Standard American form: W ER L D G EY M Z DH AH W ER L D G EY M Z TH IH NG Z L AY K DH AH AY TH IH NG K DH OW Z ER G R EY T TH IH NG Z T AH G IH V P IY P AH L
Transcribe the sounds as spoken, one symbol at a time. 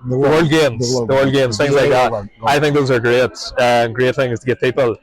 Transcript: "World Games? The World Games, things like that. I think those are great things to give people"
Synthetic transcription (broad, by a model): W ER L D G EY M Z DH AH W ER L D G EY M Z TH IH NG Z L AY K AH AY TH IH NG K DH OW Z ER G R EY T TH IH NG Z T AH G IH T P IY P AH L